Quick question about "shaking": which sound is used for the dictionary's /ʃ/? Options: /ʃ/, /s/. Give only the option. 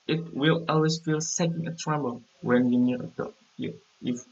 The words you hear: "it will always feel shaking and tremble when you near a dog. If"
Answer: /s/